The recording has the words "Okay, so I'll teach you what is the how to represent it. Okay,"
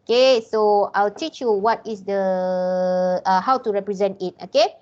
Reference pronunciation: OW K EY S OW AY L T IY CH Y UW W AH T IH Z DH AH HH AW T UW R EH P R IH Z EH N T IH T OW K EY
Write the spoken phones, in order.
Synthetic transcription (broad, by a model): K EY S OW AY L T IY CH Y UW W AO T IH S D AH HH AW T UW R EH P R IH Z EH N T IH T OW K EY